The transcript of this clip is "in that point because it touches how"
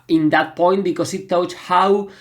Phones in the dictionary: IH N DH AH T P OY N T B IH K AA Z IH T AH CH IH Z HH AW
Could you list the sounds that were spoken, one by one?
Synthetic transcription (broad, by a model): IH N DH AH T P OY N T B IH K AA S IH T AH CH HH AW